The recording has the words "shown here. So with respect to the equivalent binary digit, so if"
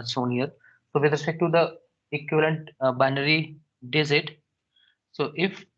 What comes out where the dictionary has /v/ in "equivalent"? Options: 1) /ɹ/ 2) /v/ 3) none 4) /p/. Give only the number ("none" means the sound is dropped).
2